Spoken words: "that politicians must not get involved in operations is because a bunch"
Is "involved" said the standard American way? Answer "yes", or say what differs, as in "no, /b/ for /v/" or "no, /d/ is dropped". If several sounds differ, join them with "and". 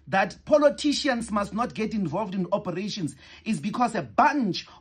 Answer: yes